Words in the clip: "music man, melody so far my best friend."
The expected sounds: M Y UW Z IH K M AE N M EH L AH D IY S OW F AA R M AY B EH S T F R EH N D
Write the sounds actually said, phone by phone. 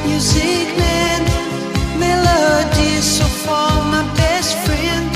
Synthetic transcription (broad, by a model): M Y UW Z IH K M AE N M EH L AH D IY S OW F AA L M AY B EH S T F R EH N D